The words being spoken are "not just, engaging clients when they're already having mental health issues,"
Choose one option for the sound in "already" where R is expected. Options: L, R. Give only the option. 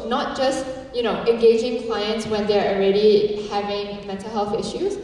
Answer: R